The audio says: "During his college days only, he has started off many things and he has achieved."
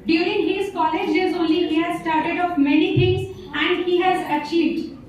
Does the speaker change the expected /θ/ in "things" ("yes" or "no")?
yes